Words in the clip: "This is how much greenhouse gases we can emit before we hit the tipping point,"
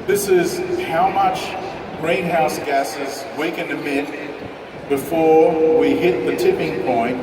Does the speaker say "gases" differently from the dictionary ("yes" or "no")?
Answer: no